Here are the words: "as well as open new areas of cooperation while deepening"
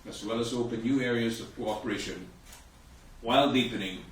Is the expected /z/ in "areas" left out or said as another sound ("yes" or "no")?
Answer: no